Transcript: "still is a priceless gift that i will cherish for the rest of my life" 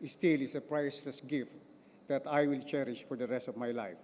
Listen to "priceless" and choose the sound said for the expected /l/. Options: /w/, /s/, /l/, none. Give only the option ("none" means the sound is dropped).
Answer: none